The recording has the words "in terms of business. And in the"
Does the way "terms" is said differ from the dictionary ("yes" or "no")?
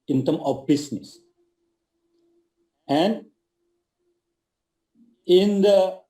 yes